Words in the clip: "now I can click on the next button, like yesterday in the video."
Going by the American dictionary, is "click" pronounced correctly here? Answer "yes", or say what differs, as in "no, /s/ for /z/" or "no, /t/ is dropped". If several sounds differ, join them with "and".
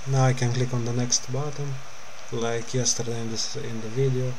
yes